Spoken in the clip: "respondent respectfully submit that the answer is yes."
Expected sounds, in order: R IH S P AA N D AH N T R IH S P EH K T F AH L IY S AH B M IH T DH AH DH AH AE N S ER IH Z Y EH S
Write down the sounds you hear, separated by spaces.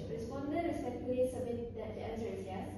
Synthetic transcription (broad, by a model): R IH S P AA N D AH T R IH S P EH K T AH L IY S AH B M IH T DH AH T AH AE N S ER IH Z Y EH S